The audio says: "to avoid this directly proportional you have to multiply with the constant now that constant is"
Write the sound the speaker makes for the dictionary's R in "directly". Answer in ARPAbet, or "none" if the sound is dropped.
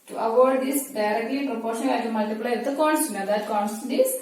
R